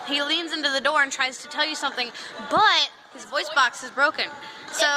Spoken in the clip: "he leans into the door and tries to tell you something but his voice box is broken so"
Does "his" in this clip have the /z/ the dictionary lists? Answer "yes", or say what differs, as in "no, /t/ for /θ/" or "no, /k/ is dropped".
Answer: yes